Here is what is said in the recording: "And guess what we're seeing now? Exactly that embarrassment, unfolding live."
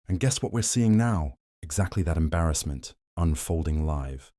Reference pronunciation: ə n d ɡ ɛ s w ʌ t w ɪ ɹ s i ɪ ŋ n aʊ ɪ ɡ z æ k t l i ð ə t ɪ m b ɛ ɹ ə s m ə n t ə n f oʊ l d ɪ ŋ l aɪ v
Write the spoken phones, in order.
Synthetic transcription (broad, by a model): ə n ɡ ɛ s w ʌ t w ɪ ɹ s i ɪ ŋ n aʊ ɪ ɡ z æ k t l i ð ə t ɪ m b ɛ ɹ ə s m ə n t ə n f oʊ l d ɪ ŋ l aɪ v